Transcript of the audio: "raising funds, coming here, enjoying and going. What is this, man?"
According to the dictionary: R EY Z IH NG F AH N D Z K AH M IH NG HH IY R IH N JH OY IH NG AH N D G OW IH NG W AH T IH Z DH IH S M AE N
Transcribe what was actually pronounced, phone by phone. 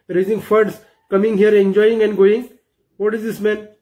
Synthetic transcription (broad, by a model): R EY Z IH NG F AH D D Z K AH M IH NG HH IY R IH N JH OY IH NG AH N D G OW IH NG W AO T IH Z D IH S M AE N